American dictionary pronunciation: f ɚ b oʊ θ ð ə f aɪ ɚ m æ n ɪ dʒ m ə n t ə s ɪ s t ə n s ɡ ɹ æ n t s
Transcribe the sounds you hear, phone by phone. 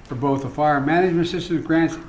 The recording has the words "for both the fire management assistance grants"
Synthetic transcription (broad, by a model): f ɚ b oʊ θ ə f aɪ ɚ m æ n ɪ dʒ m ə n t s ɪ s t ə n ɡ ɹ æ n t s